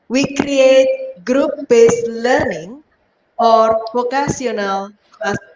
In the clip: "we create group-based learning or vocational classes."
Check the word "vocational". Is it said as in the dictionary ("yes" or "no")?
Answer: no